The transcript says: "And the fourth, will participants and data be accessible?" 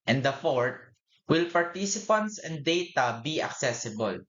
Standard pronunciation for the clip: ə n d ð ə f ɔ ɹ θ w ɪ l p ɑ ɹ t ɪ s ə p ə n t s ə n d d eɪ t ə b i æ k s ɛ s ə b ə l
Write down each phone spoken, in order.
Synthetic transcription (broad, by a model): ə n d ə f ɔ ɹ t w ɪ l p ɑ ɹ t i s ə p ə n t s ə n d d eɪ t ə b i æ k s ɛ s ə b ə l